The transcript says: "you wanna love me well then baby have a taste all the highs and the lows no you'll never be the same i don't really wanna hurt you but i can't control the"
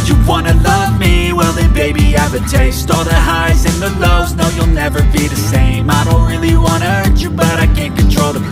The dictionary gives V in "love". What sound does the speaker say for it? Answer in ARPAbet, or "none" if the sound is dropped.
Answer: V